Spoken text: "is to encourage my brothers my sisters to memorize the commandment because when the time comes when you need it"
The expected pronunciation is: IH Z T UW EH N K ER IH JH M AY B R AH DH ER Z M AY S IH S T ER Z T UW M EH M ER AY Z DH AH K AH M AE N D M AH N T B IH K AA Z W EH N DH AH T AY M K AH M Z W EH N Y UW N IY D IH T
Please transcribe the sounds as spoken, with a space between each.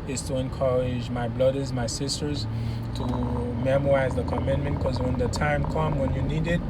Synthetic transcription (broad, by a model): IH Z T UW EH N K ER IH JH M AY B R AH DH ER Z M AY S IH S T ER Z T UW M EH M ER AY Z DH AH K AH M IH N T M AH N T K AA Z W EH N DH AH T AY M K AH M W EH N Y UW N IY D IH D